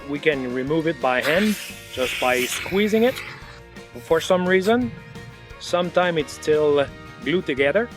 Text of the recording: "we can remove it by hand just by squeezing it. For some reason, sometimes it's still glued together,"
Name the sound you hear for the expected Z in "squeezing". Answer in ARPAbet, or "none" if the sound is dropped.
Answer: Z